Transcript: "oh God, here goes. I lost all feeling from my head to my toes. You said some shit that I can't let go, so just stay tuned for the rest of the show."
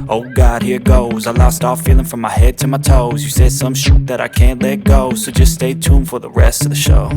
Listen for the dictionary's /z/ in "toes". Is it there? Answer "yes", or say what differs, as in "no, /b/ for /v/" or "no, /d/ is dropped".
yes